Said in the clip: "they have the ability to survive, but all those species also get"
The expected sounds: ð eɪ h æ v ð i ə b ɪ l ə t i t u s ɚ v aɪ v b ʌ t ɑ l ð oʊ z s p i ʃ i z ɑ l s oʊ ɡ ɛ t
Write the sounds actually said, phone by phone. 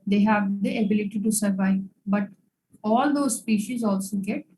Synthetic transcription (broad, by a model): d eɪ h æ v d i ə b ɪ l ə t i t u s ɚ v aɪ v b ʌ t ɑ l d oʊ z s p i ʃ i z ɑ l s oʊ ɡ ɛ t